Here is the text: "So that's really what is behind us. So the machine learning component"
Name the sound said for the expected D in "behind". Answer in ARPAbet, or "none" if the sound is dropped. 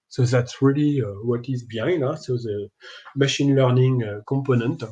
none